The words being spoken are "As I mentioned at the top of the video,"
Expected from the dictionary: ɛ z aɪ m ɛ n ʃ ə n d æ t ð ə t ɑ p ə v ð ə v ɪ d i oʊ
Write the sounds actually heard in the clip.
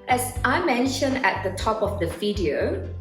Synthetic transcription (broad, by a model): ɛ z aɪ m ɛ n ʃ ə n d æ t ð ə t ɑ p ə v ð ə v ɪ d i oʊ